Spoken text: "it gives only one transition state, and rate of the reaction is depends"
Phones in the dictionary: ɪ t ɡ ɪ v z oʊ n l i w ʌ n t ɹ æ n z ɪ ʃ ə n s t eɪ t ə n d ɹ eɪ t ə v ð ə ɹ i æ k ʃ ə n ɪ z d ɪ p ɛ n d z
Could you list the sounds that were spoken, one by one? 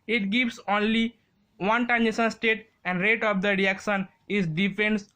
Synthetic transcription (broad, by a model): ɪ t ɡ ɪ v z oʊ n l i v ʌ n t æ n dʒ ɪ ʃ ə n s t eɪ t ə n d ɹ eɪ t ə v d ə ɹ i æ k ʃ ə n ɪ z d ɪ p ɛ n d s